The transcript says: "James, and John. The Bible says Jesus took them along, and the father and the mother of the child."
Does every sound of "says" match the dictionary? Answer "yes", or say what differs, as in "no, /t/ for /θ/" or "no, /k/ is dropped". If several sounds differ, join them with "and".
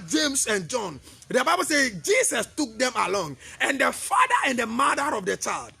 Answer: no, /z/ is dropped